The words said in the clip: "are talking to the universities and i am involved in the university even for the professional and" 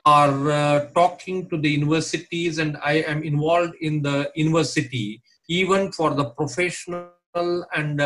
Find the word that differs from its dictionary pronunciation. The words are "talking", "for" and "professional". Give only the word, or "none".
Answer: none